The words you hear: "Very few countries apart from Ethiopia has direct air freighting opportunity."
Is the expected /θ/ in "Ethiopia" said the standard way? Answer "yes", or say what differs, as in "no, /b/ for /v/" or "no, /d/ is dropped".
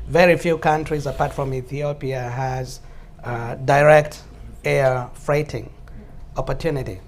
yes